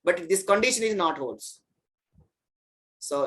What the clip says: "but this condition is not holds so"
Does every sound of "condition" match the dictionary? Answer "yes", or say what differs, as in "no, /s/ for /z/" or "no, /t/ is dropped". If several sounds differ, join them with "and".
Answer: yes